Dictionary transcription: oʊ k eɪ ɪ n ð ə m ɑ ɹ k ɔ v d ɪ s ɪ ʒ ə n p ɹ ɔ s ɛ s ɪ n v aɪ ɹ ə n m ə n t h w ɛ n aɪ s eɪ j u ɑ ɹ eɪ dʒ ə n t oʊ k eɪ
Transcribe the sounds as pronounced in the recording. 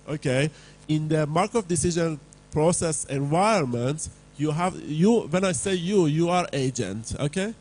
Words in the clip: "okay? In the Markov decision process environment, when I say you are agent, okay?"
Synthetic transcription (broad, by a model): oʊ k eɪ ɪ n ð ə m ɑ ɹ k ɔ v d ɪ s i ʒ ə n p ɹ ɔ s ɛ s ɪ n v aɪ ə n m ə n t h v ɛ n aɪ s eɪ j u ɑ ɹ eɪ dʒ ə n t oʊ k eɪ